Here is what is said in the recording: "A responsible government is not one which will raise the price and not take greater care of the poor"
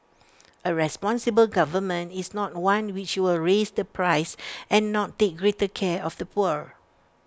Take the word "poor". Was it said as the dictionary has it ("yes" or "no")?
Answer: yes